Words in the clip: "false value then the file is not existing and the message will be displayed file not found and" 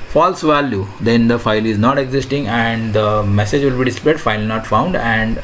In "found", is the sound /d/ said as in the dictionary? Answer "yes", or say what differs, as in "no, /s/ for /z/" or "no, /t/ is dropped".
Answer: yes